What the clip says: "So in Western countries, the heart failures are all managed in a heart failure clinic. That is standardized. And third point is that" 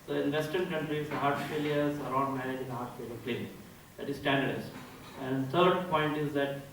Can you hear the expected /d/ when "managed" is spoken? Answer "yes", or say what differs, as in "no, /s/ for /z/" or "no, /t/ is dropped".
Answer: no, /d/ is dropped